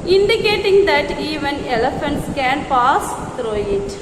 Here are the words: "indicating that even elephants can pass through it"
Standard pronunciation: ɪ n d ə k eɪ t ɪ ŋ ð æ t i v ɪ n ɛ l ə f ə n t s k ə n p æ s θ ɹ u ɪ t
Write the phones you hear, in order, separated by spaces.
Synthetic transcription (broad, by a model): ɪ n d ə k eɪ t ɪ ŋ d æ t i v ɪ n ɛ l ə f ə n t s k ə n p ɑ s t ɹ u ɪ t